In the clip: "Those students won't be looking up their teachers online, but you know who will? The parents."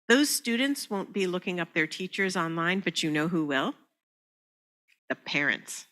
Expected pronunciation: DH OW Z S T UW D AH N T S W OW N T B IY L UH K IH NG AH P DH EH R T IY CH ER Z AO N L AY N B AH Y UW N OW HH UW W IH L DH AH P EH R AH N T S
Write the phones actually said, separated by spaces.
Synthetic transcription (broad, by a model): DH OW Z S T UW D N T S W OW N B IY L UH K IH NG AH P DH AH R T IY CH ER Z AO N L AY N B AH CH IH N OW HH UW W IH L DH AH P EH R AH N T S